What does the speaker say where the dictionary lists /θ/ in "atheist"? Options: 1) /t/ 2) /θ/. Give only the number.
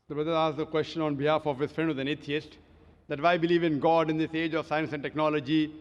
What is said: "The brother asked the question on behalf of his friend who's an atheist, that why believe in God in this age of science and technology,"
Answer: 1